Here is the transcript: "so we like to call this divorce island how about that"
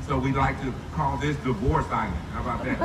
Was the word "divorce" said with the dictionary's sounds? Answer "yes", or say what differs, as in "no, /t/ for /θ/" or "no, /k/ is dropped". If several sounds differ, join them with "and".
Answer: yes